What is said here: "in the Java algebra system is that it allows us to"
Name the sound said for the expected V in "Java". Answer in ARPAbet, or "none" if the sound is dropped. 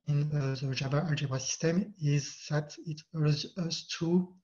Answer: B